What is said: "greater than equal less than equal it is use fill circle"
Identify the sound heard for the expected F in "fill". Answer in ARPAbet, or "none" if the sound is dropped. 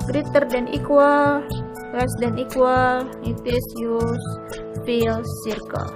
P